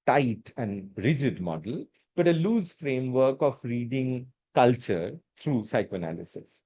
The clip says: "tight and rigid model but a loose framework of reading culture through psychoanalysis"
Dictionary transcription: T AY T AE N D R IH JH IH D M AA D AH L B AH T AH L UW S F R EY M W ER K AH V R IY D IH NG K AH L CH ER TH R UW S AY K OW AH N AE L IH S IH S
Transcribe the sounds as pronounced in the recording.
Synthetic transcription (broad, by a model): T AY T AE N D R IH JH IH D M AA D AH L B AH T AH L UW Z F R EY M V ER K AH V R IY D IH NG K AH L CH ER T R UW S AY K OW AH N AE L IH S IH S